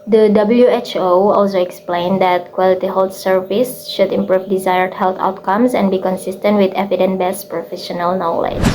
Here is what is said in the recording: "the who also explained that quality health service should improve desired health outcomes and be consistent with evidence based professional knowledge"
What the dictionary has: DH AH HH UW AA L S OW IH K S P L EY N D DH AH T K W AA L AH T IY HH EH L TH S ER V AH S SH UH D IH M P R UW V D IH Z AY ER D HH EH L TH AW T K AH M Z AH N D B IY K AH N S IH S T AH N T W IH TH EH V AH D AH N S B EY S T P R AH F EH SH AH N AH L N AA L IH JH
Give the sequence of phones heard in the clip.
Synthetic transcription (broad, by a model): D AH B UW AA L S OW IH K S P L EY N D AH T K W AA L AH T IY HH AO L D S ER V AH S SH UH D IH M P R UW V D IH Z AY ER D HH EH L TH AW T K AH M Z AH N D B IY K AH N S IH S T AH N T W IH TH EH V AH D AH N B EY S P R AH F EH SH AH N AH L N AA L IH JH